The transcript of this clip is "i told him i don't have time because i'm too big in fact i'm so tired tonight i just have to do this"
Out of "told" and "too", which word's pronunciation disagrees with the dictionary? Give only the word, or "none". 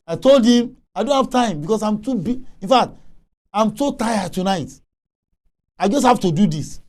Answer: none